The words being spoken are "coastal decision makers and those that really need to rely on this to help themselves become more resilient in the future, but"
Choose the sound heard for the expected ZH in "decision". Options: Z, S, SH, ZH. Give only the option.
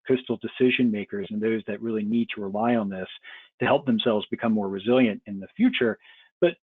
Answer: ZH